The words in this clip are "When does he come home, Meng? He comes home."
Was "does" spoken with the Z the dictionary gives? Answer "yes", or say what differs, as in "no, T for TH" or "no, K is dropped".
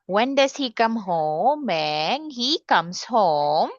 no, S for Z